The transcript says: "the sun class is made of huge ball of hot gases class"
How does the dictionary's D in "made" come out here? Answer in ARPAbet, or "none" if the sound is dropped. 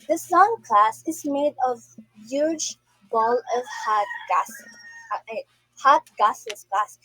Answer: D